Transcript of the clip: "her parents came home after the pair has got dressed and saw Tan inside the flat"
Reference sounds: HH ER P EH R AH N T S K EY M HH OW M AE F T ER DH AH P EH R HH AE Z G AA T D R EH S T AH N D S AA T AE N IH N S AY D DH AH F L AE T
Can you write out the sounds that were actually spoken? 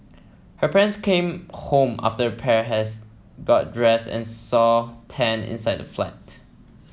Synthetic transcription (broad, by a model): HH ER P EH R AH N S K EY M HH OW M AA F T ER AH P EH R HH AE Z G AA T D R EH S AH N S AA T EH N IH N S AY D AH F L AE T